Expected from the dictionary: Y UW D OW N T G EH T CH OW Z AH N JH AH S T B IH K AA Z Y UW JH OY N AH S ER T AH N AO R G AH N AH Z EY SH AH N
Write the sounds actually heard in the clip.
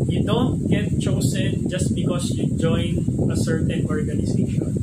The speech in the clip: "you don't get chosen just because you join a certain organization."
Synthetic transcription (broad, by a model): Y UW D OW N T G EH T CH OW S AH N JH AH S T B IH K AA S Y UW JH OY N AH S ER T AH N AO R G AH N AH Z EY SH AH N